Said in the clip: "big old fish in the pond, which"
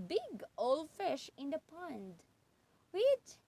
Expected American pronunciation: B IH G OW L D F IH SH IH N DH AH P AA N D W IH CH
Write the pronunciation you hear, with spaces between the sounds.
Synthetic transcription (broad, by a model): B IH G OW L F IH SH IH N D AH P AA N D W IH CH